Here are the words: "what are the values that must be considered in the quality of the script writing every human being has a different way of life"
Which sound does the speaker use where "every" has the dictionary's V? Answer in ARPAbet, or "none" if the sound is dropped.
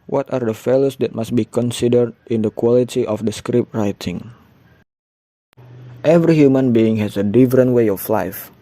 V